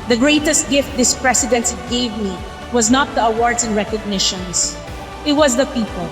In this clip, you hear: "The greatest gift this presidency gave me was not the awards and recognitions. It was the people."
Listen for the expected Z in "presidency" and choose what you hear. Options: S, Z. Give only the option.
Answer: S